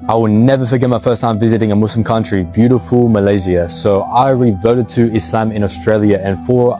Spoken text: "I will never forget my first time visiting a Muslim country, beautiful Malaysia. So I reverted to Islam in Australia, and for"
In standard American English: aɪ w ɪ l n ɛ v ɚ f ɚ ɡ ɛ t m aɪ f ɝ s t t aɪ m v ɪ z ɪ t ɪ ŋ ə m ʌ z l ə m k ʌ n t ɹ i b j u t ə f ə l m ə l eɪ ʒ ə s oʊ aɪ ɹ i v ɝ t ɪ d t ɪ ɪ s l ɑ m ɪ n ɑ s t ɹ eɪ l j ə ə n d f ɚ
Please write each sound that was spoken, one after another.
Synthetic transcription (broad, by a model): aɪ w ɪ l n ɛ v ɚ f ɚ ɡ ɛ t m aɪ f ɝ s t t aɪ m v ɪ z ɪ t ɪ ŋ ə m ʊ s l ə m k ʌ n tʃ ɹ i b j u t ə f ə l m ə l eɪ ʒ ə s oʊ aɪ ɹ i v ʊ t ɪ d t ɪ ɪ s l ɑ m ɪ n ɑ s t ɹ eɪ l j ə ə n f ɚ